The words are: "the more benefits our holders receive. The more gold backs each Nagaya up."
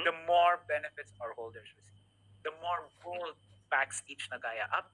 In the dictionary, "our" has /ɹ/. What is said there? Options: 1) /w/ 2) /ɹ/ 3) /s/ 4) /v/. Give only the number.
2